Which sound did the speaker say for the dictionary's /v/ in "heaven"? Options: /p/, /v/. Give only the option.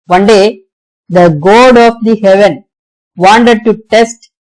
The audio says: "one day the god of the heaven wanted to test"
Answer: /v/